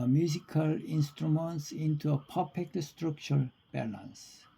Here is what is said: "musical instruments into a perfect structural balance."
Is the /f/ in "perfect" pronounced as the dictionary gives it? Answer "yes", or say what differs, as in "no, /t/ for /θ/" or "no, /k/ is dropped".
no, /p/ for /f/